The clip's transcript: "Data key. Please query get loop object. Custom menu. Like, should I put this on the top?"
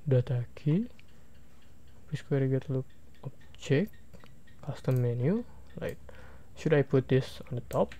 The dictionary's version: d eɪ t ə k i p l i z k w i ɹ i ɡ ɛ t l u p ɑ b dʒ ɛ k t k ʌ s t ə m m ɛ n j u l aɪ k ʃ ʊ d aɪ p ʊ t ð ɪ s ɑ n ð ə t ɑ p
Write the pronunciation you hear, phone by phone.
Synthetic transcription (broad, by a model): d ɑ t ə k i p i s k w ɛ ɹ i ɡ ɛ t l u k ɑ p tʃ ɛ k k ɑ s t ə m m ɛ n j u l aɪ k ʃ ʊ d aɪ p ʊ t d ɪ s ɑ n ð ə t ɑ p